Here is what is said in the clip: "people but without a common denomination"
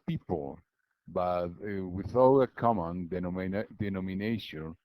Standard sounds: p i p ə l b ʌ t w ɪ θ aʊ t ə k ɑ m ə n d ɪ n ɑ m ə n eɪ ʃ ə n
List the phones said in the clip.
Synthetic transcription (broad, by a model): p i p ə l b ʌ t w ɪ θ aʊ ə k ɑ m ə n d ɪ n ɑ m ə n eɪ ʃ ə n